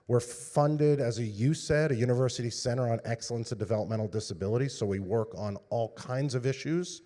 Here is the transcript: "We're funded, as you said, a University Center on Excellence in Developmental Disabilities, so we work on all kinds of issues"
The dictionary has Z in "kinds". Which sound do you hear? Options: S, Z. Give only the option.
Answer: Z